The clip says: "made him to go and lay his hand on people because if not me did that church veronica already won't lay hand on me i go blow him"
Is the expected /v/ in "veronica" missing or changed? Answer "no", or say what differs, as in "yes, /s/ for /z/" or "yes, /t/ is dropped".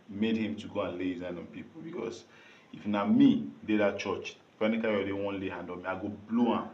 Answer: yes, /p/ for /v/